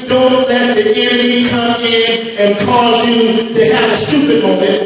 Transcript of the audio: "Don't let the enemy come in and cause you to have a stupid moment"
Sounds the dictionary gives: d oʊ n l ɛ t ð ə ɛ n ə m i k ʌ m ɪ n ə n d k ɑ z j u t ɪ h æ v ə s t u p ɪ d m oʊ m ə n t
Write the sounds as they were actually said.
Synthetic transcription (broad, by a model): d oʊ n l ɛ t ð ə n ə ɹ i k ʌ m ɪ n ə n k ɑ z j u t ɪ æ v ə s t u p ɪ d m oʊ m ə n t